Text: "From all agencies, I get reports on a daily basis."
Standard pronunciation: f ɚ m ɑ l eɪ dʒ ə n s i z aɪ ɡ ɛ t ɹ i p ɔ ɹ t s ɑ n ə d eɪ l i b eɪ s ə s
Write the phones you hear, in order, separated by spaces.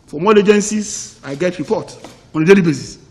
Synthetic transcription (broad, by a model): f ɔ m ɑ l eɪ dʒ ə n s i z aɪ ɡ ɛ t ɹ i p ɔ t ɑ n ə d eɪ l i b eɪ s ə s